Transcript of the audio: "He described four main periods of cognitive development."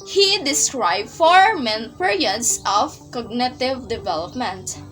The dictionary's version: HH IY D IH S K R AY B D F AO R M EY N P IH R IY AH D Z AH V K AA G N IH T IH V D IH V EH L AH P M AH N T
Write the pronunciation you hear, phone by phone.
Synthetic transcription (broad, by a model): HH IY D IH S K R AY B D F AO R M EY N P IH R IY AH D S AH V K AA G N IH T IH V D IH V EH L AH P M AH N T